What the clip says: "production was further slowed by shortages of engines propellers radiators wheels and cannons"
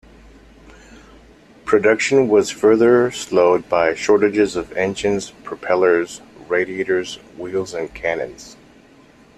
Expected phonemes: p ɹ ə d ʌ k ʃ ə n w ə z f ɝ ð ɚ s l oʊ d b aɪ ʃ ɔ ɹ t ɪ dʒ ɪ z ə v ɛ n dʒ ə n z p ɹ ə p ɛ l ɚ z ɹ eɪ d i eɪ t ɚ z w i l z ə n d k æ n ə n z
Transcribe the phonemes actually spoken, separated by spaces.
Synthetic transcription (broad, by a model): p ɹ ə d ʌ k ʃ ə n w ə z f ɝ ð ɚ s l oʊ d b aɪ ʃ ɔ ɹ t ɪ dʒ ɪ z ə v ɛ n ʃ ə n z p ɹ ə p ɛ l ɚ z ɹ eɪ d i eɪ t ɚ z w i l z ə n k æ n ə n z